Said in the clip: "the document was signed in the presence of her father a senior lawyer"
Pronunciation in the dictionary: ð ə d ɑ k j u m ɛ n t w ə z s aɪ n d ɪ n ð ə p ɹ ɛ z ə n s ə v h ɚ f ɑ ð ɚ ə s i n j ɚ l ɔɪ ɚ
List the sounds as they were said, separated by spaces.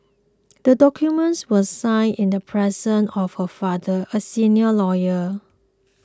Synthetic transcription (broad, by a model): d ə d ɑ k j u m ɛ n t w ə s aɪ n ɪ n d ə p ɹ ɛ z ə n ə f h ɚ f ɑ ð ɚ ə s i n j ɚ l ɔɪ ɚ